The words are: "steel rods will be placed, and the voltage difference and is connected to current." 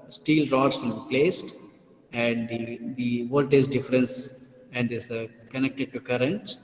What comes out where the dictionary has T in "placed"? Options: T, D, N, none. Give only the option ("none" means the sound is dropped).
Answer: T